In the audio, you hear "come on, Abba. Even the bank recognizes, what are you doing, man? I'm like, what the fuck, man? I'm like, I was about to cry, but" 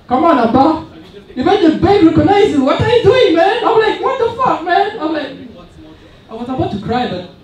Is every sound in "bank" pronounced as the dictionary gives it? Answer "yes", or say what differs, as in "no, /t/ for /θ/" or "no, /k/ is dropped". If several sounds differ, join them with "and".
no, /ŋ/ is dropped